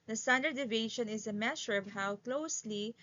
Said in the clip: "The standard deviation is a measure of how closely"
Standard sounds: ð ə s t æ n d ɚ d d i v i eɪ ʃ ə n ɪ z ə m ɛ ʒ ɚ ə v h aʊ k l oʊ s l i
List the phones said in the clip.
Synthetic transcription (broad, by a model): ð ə s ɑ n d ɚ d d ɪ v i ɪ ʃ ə n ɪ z ə m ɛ ʃ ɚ ə v h aʊ k l oʊ s l i